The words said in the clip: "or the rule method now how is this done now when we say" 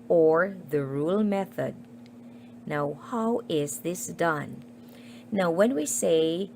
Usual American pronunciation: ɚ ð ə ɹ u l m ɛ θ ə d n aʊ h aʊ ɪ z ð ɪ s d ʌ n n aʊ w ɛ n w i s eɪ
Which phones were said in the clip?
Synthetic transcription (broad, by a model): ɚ ð ə ɹ u l m ɛ θ ə d n aʊ h aʊ ɪ z ð ɪ s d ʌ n n aʊ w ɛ n w i s eɪ